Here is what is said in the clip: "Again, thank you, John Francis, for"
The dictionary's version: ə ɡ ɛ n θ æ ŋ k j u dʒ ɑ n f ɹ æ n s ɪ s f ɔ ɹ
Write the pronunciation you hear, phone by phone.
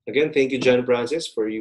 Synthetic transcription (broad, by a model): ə ɡ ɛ n θ æ ŋ k j u dʒ ɑ n p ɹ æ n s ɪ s f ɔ ɹ